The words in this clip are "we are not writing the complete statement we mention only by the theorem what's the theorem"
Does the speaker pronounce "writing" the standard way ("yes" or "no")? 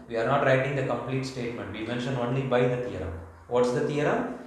yes